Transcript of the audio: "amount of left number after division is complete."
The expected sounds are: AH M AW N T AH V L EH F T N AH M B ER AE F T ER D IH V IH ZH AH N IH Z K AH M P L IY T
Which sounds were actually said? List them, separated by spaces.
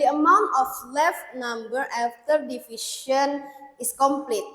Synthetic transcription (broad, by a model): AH M AW N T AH F L EH F T N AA M B ER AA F T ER D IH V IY SH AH N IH S K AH M P L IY T